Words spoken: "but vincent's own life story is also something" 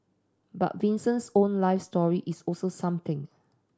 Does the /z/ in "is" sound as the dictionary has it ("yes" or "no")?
no